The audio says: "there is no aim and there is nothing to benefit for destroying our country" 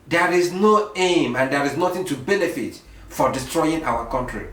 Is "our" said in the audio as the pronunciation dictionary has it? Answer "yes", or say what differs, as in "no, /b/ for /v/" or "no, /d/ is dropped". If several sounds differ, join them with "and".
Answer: no, /w/ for /ɹ/